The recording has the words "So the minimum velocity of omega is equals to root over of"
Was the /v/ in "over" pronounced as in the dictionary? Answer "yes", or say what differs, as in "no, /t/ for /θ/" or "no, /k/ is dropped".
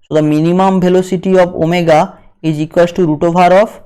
no, /b/ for /v/